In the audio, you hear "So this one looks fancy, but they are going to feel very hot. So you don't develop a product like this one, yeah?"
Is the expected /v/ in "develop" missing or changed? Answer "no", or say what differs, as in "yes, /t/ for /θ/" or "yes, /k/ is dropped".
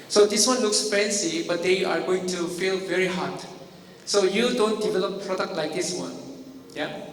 no